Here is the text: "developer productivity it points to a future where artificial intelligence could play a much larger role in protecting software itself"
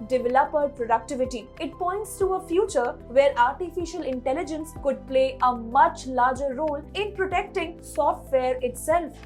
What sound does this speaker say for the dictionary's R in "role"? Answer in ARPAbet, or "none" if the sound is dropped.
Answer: R